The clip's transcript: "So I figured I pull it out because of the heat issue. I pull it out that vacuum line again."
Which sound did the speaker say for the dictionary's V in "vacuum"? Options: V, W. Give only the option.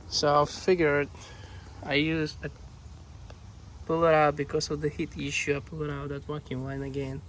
W